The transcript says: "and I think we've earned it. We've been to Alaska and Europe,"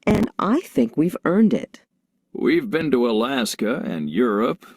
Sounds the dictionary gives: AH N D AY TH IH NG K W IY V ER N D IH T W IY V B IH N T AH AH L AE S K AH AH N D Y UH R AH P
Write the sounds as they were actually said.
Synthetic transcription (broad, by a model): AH N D AY TH IH NG K W IY V ER N D IH T W IY V B IH N T AH AH L AE S K AH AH N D Y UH R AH P